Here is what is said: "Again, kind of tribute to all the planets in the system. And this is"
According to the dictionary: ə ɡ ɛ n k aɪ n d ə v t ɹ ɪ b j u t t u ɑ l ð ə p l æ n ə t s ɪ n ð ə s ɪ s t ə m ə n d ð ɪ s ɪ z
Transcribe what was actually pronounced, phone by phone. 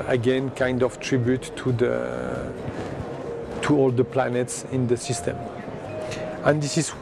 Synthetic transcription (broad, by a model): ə ɡ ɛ n k aɪ n d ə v t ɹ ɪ b j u t t u ɑ l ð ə p l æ n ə t s ɪ n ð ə s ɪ s t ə m ə n d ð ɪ s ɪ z